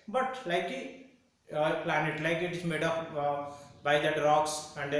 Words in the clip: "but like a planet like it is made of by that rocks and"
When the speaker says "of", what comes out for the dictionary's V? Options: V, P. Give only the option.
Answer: P